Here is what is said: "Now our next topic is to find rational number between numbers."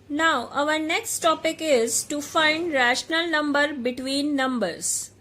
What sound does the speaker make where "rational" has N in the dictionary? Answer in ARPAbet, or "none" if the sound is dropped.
N